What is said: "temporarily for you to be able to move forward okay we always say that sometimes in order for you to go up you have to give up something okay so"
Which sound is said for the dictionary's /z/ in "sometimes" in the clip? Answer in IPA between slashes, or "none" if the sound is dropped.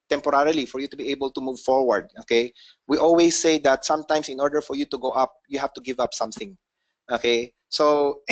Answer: /s/